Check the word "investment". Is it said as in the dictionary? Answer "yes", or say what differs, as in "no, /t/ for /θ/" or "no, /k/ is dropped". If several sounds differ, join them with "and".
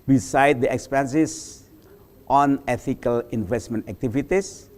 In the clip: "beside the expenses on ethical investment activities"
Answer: yes